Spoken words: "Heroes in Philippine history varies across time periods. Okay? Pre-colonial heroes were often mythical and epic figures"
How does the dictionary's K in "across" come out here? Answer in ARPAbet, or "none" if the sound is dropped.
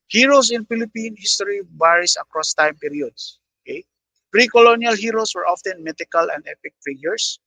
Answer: K